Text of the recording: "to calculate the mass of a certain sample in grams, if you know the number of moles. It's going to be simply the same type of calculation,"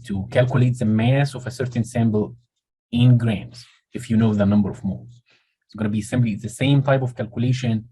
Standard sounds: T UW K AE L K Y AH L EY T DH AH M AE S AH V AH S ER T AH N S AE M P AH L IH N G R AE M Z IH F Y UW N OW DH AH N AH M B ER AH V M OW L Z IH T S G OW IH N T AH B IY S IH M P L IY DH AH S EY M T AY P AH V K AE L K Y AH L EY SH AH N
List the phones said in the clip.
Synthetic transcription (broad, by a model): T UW K AE L K Y AH L EY T DH AH M AE S AH V AH S ER T AH N S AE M B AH L IH N G R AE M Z IH F Y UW N OW DH AH N AH M B ER AH V M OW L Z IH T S G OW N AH B IY S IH M B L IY DH AH S EY M T AY P AH V K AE L K Y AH L EY SH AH N